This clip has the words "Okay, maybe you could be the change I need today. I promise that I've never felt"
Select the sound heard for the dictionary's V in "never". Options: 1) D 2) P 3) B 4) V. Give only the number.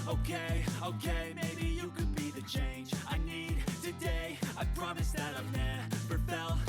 2